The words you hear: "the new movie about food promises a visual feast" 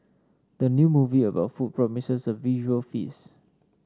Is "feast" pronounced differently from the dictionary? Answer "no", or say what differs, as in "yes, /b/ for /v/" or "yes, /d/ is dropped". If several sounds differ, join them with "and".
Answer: yes, /t/ is dropped